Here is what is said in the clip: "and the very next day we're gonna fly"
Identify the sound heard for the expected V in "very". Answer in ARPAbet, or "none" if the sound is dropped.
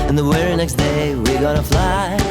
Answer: W